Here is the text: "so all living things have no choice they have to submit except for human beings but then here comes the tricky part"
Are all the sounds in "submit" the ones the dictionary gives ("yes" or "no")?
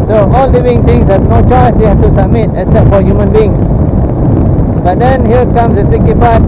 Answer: no